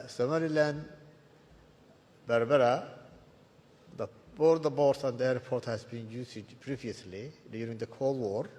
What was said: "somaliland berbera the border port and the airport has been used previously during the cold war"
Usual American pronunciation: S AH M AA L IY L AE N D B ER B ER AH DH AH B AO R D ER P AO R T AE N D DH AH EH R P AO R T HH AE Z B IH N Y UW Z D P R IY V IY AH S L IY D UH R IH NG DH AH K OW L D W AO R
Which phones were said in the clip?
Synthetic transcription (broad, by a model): S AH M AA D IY L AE N D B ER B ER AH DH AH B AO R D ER B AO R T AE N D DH EH R P AO R T HH AE Z B IH N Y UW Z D P R IY V IY AH S L IY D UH R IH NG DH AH K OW L W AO R